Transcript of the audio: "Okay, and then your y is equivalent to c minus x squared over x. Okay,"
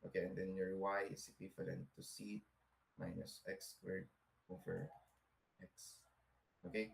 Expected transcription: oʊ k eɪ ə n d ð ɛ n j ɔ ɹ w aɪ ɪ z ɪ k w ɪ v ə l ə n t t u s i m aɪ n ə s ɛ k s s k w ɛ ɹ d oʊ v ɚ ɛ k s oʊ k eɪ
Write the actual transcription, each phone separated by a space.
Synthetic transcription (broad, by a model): oʊ k eɪ ə n d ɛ n j ɔ ɹ w aɪ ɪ s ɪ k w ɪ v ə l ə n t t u s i m aɪ n ə s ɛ k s s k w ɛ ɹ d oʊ f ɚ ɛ k s oʊ k eɪ